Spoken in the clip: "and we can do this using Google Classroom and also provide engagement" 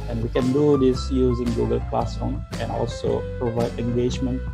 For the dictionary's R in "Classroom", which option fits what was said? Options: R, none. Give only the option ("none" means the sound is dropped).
none